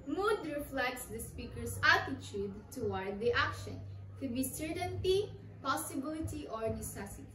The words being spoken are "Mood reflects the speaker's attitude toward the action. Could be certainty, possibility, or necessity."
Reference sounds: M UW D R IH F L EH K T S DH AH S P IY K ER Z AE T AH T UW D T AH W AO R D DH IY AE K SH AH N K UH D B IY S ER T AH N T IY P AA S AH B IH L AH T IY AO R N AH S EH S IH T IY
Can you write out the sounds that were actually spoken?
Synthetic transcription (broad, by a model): M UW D R IH F L EH K T S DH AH S P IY K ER S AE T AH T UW D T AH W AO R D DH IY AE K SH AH N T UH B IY S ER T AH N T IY P AA S AH B IH L AH T IY AO R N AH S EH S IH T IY